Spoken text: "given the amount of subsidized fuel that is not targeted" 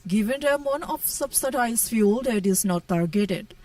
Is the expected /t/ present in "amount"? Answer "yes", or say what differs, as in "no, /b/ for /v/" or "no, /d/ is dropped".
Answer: no, /t/ is dropped